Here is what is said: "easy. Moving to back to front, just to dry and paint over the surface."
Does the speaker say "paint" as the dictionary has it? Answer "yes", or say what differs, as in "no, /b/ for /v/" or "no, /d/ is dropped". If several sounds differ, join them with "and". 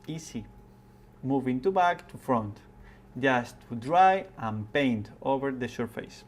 yes